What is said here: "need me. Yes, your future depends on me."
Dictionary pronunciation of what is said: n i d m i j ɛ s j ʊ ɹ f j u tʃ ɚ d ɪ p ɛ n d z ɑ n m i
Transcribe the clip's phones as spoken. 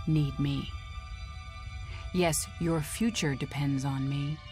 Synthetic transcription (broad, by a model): n i d m i j ɛ s j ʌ ɹ f j u tʃ ɚ d ɪ p ɛ n d z n m i